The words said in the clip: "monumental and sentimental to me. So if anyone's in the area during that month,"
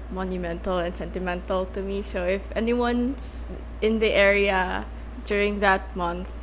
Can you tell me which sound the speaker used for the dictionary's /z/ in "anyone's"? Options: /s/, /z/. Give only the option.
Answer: /s/